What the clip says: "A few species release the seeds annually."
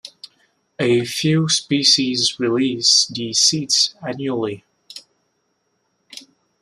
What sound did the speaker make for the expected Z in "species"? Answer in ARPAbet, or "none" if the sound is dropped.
Z